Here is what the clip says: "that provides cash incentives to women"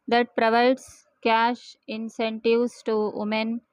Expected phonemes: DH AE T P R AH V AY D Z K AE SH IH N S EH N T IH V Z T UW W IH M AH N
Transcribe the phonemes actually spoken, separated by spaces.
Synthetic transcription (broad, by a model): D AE T P R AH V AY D S K AE SH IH N S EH N T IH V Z T UW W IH M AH N